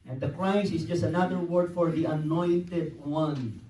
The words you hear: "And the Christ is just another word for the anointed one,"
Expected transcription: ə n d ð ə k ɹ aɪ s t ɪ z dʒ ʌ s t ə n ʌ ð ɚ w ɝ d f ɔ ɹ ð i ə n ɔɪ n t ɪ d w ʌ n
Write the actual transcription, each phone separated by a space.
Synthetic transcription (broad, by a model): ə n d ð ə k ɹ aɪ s ɪ s dʒ ʌ s t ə n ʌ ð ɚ w ɝ d f ɔ ɹ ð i ə n ɔɪ n t ɪ d w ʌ n